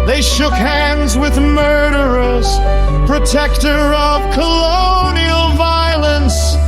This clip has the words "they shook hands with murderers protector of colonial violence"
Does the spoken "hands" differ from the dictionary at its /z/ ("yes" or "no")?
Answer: no